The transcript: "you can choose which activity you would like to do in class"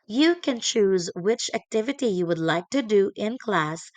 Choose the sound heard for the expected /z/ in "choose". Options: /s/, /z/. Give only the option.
/z/